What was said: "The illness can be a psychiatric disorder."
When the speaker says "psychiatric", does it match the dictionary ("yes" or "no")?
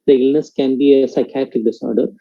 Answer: no